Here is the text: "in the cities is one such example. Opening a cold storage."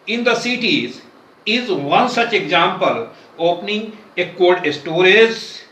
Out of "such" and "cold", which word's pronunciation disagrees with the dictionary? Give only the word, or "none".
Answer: cold